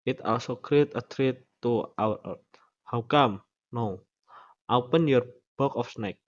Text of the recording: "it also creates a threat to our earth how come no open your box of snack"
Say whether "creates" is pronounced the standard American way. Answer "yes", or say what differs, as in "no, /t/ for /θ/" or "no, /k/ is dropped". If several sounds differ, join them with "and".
no, /s/ is dropped